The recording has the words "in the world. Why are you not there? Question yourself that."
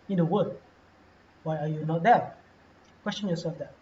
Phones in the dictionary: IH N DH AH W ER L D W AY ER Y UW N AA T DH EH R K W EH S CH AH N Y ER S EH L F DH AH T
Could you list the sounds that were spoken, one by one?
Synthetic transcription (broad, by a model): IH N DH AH W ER D W AY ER Y UW N AA T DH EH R K W EH S CH AH N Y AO S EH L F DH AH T